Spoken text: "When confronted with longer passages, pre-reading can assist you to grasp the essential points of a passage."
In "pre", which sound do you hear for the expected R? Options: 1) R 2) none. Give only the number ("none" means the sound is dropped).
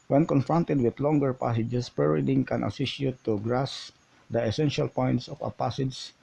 2